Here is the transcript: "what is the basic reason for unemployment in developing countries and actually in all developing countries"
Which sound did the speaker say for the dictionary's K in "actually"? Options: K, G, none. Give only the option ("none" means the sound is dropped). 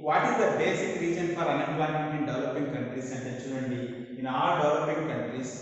none